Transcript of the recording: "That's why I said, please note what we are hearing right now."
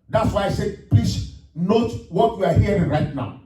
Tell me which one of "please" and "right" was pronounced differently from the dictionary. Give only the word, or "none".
please